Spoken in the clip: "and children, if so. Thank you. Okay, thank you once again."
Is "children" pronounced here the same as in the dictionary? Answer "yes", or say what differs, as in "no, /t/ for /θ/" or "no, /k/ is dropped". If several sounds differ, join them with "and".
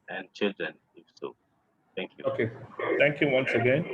yes